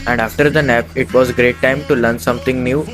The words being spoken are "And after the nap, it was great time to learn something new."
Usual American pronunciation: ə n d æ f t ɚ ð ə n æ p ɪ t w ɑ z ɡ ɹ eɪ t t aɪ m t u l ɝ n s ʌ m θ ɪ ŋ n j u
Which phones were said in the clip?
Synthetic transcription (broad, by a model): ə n d æ f t ɚ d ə n æ p ɪ t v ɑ z ɡ ɹ eɪ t t aɪ m t u l ɝ n s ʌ m t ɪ ŋ n j u